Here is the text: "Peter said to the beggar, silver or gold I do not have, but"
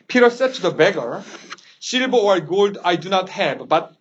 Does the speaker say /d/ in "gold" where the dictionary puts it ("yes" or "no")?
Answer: yes